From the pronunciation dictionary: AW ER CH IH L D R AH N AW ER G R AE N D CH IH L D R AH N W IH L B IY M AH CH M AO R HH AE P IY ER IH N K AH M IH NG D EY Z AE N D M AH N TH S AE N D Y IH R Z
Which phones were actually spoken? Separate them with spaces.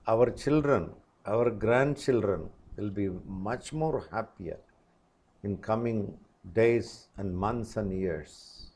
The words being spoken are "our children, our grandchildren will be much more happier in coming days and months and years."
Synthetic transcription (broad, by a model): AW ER CH IH L D R AH N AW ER G R AE N D CH IH L D R AH N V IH L B IY M AH CH M AO R HH AE P IY ER IH N K AH M IH NG D EY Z AE N D M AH N T S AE N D Y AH R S